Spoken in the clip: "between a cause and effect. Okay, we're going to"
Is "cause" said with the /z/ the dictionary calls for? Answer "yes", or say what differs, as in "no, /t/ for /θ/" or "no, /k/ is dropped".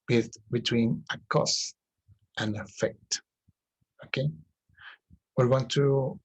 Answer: no, /s/ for /z/